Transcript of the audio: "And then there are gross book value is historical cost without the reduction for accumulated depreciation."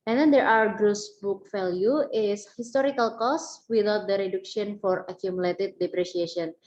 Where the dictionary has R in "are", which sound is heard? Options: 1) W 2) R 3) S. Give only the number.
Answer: 1